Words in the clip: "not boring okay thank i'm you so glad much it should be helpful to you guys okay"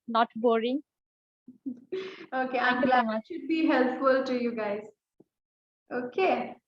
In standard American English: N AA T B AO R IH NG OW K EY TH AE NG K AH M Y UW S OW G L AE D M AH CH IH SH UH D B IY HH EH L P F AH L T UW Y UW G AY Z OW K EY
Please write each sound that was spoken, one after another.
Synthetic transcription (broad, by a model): N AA T B AO R IH NG OW K EY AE K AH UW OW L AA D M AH IH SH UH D B IY HH EH L P F AH L T UW Y UW G AY Z OW K EY